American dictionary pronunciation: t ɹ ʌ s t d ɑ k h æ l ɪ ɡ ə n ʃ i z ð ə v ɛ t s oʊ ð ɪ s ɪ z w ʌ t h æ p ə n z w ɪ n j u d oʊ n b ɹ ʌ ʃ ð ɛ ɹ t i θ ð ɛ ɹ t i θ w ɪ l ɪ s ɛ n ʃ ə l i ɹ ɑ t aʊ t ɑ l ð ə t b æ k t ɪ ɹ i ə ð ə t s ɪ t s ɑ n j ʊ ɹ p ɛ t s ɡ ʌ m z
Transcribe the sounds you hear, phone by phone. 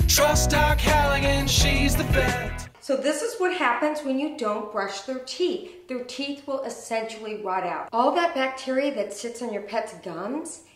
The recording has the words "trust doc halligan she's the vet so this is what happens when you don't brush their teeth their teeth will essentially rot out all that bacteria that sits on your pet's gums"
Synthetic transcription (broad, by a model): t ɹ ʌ s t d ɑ k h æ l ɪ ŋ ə n ʃ i z ð ə b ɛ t s oʊ ð ɪ s ɪ z w ʌ t h æ p ə n z w ɪ n j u d oʊ n b ɹ ʌ ʃ ð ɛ ɹ t i θ ð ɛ ɹ t i θ w ɪ l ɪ s ɛ n ʃ l i ɹ ɑ t aʊ t ɑ l ð ə t b æ k t ɪ ɹ i ə ð ə t s ɪ t s n j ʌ ɹ p ɛ t s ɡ ʌ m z